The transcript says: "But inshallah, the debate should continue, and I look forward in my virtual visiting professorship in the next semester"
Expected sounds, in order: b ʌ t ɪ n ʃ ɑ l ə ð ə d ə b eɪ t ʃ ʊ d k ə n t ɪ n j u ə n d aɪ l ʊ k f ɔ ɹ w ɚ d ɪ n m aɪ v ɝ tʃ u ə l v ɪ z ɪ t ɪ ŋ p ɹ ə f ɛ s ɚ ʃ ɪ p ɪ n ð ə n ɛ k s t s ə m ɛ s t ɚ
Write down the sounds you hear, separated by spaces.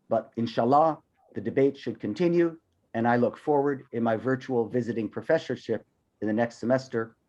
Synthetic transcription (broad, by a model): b ʌ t ɪ n ʃ ɑ l ə ð ə d ə b eɪ t ʃ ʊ d k ə n t ɪ n j u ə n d aɪ l ʊ k f ɔ ɹ w ɚ d ɪ n m aɪ v ɝ tʃ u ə l v ɪ z ɪ t ɪ ŋ p ɹ ə f ɛ s ɚ ʃ ɪ p ɪ n ð ə n ɛ k s t s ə m ɛ s t ɚ